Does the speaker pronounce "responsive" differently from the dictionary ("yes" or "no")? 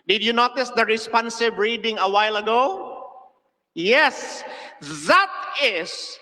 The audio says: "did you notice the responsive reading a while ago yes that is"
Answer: yes